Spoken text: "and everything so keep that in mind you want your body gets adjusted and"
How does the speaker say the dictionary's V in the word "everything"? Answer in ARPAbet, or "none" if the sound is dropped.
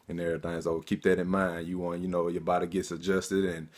none